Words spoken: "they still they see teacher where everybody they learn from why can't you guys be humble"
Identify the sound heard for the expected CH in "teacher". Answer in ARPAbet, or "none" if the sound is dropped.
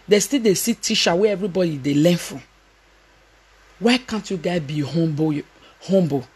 SH